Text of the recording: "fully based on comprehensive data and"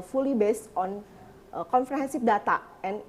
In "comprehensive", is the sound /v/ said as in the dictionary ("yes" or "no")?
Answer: no